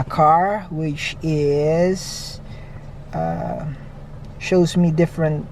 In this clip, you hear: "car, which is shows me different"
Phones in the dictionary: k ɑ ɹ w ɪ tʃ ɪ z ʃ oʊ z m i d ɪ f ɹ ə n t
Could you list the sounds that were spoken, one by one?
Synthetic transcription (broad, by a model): k ɑ ɹ w ɪ tʃ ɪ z ʃ oʊ z m i d ɪ f ɹ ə n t